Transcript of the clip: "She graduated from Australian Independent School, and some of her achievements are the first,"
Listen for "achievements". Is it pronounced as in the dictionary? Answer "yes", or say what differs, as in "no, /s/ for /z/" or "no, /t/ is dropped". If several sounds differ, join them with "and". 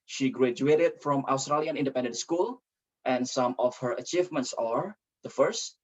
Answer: yes